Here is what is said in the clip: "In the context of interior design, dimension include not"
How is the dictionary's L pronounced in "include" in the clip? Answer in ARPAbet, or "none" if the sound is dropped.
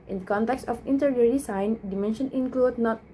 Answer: L